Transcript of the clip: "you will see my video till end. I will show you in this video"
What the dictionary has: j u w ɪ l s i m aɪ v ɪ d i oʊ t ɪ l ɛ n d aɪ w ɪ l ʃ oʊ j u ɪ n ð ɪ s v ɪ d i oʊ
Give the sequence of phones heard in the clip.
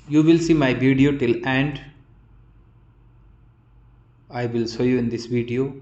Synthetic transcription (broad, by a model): j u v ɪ l s i m aɪ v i d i oʊ t ɪ l ɛ n d aɪ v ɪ l s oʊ j u ɪ n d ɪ s v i d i oʊ